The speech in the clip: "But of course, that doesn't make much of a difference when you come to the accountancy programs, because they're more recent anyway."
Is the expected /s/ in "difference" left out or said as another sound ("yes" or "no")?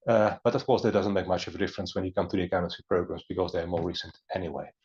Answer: no